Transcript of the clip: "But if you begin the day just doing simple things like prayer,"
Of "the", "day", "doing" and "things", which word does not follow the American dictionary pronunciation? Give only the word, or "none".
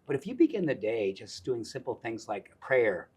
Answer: none